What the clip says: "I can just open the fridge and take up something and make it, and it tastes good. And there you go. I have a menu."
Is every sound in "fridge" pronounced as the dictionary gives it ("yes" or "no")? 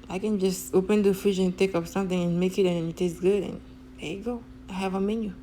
no